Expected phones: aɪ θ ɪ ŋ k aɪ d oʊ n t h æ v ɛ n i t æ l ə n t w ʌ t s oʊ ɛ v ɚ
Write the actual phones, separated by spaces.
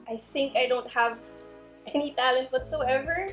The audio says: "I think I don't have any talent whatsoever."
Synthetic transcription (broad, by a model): aɪ θ ɪ ŋ k aɪ d oʊ n t h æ v ɛ n i t æ l ə n t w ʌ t s oʊ ɛ v ɚ